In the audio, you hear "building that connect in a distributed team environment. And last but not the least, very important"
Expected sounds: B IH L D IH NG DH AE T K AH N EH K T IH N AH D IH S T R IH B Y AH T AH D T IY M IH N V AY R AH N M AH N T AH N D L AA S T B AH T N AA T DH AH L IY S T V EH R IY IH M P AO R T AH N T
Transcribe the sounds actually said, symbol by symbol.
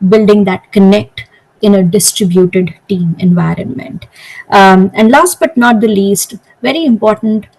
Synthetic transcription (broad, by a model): B IH L D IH NG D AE T K AH N EH K T IH N AH D IH S T R IH B Y AH T AH D T IY M IH N V AY R AH N M AH N T AH N D L AA S T B AH T N AA T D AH L IY S T V EH R IY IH M P AO R T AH N T